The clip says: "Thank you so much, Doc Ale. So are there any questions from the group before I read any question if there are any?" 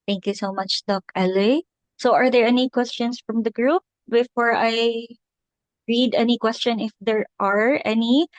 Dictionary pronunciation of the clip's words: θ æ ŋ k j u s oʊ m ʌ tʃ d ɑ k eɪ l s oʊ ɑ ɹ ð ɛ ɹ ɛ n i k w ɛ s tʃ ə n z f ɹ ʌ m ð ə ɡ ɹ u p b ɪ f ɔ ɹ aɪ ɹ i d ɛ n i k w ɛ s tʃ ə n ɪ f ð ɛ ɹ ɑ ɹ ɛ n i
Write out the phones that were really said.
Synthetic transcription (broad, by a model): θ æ ŋ k j u s oʊ m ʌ tʃ d ɑ k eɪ l s oʊ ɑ ɹ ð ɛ ɹ ɛ n i k w ɛ s tʃ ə n s f ɹ ʌ m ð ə ɡ ɹ u p b ɪ f ɔ ɹ aɪ ɹ i d ɛ n i k w ɛ s tʃ ə n ɪ f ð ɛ ɹ ɑ ɹ ɛ n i